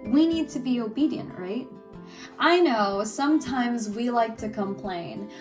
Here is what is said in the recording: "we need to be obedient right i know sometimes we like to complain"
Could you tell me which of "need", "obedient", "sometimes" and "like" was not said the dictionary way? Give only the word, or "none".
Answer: none